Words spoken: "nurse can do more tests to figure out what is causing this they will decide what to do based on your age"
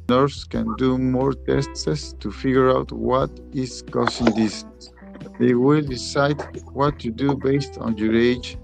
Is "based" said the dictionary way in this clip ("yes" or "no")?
yes